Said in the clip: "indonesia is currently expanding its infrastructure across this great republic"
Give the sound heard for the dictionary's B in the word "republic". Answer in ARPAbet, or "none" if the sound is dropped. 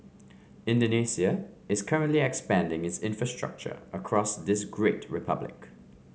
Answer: B